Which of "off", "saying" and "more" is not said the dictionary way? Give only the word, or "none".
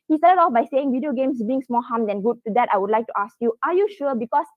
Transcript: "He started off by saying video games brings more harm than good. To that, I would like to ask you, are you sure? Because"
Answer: more